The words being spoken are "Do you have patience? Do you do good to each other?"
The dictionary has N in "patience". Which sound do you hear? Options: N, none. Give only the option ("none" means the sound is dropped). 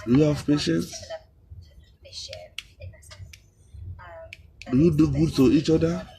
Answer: N